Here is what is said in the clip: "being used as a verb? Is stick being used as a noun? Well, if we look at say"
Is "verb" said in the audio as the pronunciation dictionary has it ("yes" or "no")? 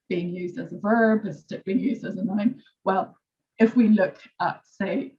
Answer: yes